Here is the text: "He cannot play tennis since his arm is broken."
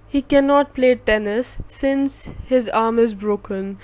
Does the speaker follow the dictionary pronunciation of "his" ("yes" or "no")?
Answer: yes